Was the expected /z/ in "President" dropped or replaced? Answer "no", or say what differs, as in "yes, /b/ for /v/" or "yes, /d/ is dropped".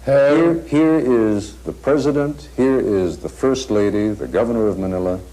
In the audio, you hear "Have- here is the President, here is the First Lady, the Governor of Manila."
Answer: no